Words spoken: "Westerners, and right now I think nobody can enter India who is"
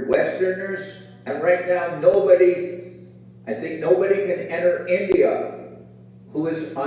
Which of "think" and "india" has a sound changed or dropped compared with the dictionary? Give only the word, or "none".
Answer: none